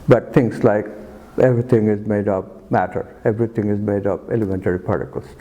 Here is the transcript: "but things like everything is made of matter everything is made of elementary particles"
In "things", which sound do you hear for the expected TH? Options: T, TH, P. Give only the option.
T